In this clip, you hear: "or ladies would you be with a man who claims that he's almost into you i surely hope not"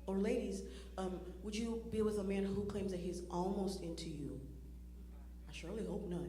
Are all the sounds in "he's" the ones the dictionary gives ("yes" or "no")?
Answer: yes